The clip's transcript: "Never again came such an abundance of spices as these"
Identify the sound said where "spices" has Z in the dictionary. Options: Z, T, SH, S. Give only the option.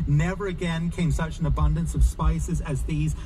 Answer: Z